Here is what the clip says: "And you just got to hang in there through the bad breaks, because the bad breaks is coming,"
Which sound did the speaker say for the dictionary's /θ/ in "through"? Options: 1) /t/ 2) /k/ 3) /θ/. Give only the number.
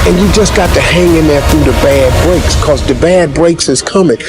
3